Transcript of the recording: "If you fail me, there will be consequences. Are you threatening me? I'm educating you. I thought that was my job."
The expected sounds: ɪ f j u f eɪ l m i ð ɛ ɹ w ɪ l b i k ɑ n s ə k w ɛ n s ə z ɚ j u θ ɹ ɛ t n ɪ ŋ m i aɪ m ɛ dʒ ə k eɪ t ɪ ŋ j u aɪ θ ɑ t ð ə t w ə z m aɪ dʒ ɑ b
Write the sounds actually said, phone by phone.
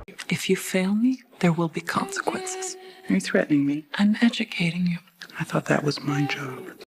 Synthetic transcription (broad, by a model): ɪ f j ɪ f eɪ l m i ð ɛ ɹ w ɪ l b i k ɑ n s ə k w ɛ n s ə z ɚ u θ ɹ ɛ t n ɪ ŋ m i aɪ m ɛ dʒ ə k eɪ t ɪ ŋ j u aɪ θ ɑ t ð ə t w ə z m aɪ dʒ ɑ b